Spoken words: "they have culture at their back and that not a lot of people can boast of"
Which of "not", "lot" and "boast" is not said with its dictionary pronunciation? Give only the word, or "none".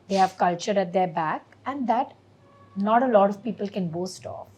none